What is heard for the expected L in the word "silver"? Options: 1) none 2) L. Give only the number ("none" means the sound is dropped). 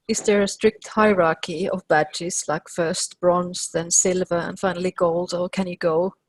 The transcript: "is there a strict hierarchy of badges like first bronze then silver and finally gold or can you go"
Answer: 2